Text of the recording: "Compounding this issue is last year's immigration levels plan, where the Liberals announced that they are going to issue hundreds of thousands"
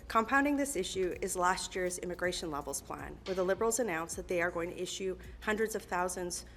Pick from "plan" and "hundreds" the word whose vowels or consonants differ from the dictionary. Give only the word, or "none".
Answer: none